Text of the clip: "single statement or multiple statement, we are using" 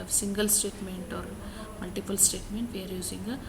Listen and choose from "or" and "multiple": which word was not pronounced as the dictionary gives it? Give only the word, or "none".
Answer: none